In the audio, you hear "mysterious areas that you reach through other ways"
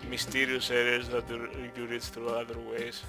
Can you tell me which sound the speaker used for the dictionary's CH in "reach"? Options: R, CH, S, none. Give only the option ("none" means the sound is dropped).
S